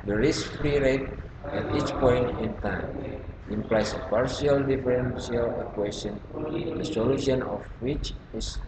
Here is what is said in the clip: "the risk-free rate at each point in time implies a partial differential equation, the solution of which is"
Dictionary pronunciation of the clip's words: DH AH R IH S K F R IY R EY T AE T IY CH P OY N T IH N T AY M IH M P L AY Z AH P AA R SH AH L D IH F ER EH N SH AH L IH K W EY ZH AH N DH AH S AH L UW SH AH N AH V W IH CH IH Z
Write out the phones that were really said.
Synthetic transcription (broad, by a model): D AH R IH S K F R IY R EY T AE T IY CH P OY N T IH N T AY M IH M P L AY S AH P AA R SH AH L D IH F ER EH N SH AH L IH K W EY SH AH N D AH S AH L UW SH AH N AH F W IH CH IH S